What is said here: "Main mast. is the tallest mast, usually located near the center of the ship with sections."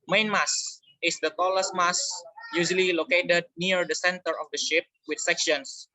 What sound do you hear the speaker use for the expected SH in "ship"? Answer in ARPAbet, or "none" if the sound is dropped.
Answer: SH